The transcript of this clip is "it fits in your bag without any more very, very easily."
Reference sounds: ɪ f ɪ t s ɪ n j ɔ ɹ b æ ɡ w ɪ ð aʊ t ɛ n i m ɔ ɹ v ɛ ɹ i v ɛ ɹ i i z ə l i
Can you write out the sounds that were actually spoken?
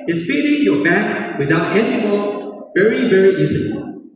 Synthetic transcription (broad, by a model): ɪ f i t ɪ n j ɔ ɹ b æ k w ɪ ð aʊ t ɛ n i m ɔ v ɛ ɹ i v ɛ ɹ i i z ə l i